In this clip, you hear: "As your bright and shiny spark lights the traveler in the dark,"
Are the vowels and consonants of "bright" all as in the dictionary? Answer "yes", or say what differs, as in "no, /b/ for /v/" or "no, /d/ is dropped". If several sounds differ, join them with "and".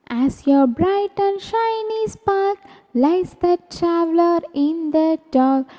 yes